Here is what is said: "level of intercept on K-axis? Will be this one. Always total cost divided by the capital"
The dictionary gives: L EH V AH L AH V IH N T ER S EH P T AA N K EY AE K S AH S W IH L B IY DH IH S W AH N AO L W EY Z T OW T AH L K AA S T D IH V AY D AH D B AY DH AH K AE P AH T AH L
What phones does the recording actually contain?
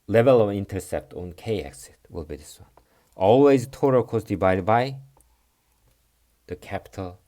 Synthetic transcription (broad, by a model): L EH V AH L AH V IH N T ER S EH P T AA N K EY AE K S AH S W IH L B IY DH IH S W AH N AO L W EY Z T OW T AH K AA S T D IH B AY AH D B AY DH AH K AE P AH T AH L